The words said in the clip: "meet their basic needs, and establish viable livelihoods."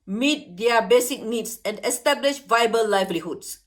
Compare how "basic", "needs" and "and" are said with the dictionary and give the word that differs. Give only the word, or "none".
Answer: needs